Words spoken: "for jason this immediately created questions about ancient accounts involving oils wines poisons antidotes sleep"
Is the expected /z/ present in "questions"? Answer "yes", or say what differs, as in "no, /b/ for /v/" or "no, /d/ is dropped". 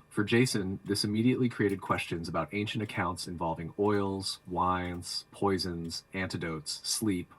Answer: yes